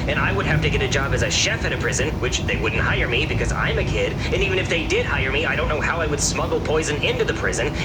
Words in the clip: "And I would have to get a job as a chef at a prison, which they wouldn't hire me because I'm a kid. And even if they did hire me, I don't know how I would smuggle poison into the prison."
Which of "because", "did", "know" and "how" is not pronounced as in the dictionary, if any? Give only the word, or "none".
none